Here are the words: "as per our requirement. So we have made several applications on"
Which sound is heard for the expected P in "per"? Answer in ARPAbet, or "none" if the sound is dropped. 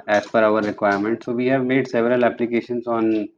F